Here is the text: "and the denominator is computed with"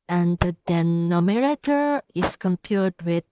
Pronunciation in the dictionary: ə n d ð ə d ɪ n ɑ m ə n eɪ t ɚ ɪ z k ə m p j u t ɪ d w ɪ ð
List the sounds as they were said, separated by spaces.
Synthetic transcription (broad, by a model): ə n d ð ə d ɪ n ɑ m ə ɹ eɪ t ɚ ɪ s k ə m p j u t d w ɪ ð